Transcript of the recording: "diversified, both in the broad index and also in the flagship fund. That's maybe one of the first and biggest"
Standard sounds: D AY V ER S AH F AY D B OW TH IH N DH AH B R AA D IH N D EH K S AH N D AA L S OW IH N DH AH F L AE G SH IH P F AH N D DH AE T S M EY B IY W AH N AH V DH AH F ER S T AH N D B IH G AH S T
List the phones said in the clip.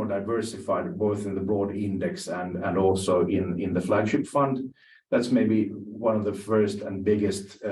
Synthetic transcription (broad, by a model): D AY V ER S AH F AY D B OW TH IH N DH AH B R AA D IH N D EH K S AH N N AA L S OW IH N DH AH F L AE G SH IH P F AH N D DH AE T S M EY B IY W AH N AH V DH AH F ER S T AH N B IH G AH S T